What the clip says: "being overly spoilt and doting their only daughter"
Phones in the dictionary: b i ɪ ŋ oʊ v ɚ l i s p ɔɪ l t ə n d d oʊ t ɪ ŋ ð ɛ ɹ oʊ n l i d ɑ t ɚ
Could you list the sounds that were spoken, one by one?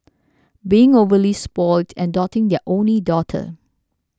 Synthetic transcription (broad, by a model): b i ɪ ŋ oʊ v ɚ l i s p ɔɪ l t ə n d d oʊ t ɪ ŋ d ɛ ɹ oʊ n l i d ɑ t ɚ